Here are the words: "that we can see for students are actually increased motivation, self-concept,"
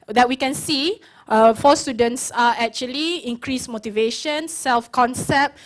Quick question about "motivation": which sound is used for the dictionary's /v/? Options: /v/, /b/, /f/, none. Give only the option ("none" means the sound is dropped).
/v/